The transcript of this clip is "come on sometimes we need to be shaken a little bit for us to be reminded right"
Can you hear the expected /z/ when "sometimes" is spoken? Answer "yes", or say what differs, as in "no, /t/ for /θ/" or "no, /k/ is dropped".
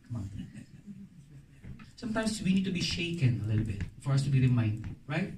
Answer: no, /s/ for /z/